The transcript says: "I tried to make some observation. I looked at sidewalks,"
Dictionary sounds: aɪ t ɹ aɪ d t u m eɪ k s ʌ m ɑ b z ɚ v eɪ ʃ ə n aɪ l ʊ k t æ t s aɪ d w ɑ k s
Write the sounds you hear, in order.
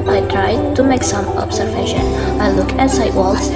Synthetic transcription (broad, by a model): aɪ t ɹ aɪ d t u m eɪ k s ʌ m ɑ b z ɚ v eɪ ʃ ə n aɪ l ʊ k æ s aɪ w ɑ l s